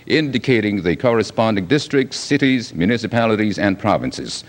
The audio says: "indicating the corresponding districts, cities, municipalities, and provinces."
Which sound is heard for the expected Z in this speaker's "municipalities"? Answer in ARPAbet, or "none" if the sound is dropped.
Z